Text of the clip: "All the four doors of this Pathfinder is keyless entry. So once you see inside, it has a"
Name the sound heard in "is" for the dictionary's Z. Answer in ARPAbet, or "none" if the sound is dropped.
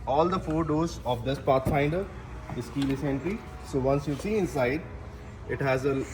S